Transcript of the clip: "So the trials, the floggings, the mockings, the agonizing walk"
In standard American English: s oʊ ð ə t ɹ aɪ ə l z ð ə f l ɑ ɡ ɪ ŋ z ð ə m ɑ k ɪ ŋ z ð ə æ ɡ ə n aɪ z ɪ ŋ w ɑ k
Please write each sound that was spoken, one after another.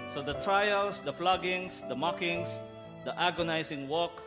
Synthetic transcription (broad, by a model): s oʊ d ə t ɹ aɪ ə l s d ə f l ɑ ɡ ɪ ŋ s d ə m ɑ k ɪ ŋ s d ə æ ɡ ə n aɪ s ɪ ŋ w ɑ k